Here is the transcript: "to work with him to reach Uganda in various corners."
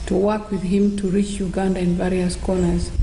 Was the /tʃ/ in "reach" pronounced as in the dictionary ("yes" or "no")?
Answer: yes